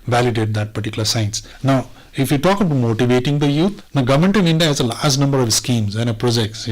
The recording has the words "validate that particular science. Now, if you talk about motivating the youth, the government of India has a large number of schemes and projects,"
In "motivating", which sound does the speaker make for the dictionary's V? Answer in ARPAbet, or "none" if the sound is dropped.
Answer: V